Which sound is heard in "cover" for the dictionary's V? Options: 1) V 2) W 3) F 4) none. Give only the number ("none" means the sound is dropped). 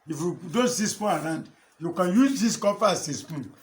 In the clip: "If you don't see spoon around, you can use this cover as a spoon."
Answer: 3